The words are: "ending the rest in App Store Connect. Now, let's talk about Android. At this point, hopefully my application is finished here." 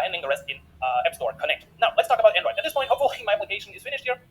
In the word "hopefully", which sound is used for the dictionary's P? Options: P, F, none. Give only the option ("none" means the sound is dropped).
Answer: none